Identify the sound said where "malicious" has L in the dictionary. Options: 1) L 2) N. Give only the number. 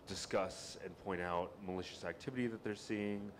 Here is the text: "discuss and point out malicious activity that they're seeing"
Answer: 1